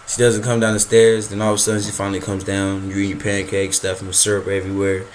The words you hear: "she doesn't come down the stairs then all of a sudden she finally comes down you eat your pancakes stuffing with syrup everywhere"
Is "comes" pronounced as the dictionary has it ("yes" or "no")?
yes